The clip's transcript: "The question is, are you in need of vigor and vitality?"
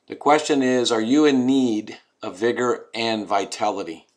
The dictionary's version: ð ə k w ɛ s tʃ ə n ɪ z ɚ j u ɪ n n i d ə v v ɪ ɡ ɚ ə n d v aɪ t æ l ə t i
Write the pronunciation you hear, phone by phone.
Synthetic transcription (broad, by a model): ð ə k w ɛ s tʃ ə n ɪ z ɚ j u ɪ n n i d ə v v ɪ ɡ ɚ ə n v aɪ t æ l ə t i